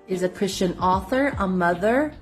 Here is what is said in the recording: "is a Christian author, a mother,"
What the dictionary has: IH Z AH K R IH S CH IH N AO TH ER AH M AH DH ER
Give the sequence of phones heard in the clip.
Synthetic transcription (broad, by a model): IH Z AH K R IH S CH IH N AO TH ER AH M AH DH ER